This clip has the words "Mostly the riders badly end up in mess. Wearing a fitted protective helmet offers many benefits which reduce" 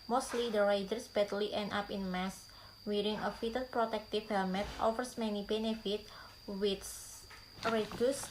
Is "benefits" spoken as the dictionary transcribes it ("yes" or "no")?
no